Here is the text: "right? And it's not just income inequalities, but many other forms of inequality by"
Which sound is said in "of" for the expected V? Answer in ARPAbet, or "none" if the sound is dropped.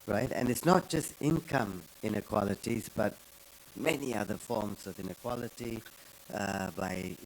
V